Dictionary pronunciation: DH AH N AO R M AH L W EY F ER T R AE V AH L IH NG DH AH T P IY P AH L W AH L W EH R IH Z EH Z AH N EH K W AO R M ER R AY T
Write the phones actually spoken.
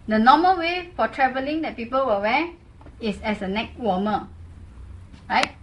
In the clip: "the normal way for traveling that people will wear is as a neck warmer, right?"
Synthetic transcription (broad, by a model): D AH N AO M AH L W EY F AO T R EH V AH L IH NG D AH T P IY P AH L W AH W EH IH S EH S AH N EH K W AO M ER R AY T